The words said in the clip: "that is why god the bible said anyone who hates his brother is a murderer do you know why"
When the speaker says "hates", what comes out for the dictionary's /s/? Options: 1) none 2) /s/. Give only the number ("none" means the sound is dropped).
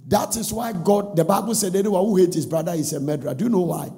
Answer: 1